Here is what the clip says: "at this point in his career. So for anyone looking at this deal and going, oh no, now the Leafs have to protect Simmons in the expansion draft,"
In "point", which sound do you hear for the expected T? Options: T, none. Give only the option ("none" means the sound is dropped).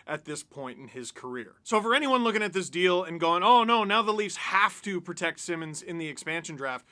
T